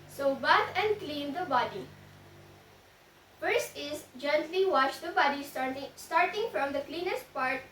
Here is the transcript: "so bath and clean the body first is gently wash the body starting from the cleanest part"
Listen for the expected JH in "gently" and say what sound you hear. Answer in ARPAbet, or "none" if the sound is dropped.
JH